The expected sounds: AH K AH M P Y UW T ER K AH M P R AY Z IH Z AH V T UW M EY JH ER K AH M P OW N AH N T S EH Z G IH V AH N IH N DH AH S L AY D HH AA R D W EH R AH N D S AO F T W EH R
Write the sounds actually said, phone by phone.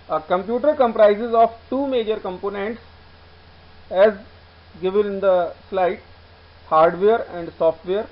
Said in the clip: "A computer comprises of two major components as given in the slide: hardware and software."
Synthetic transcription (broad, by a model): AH K AH M P Y UW T ER K AH M P R AY Z IH Z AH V T UW M EY JH ER K AH M P OW N AH N T S EH Z G IH V AH N IH N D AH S L AY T HH AA R D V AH R AH N D S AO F T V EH R